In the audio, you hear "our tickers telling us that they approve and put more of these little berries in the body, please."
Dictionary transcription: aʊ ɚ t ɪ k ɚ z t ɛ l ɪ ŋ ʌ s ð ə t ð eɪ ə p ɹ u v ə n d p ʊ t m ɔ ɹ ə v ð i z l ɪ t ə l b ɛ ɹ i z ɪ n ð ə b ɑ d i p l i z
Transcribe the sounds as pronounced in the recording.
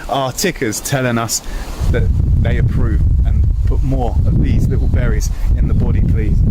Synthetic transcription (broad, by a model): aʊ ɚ t ɪ k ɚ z t ɛ l ɪ ŋ ʌ s ð ə t ð eɪ ə p ɹ u v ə n p ʊ t m ɔ ɹ ə v ð i z l ɪ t l b ɛ ɹ i z ɪ n ð ə b ɑ d i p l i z